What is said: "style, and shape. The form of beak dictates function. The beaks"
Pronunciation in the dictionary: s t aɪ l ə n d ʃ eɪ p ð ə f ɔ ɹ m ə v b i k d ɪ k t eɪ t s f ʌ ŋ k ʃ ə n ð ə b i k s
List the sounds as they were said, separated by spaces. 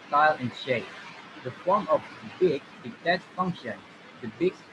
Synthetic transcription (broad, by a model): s t aɪ l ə n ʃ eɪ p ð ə f ɔ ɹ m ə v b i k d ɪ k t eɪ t f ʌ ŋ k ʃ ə n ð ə b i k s